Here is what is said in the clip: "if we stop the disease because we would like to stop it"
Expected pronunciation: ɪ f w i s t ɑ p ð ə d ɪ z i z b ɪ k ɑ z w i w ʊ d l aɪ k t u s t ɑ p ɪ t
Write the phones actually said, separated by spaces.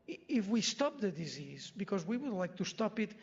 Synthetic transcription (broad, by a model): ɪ f w i s t ɑ p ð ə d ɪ z i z b ɪ k ɑ z w i w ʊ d l aɪ k t u s t ɑ p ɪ t